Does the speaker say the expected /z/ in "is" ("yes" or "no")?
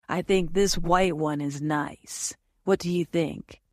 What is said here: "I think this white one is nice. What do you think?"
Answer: yes